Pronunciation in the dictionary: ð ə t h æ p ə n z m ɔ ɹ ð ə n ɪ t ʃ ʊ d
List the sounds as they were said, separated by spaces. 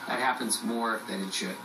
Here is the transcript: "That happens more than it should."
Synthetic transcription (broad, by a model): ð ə t h æ p ə n z m ɔ ɹ ð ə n ɪ t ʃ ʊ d